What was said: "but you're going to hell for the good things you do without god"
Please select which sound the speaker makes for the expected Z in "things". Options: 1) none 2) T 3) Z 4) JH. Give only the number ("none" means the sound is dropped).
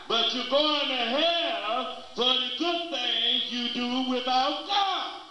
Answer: 1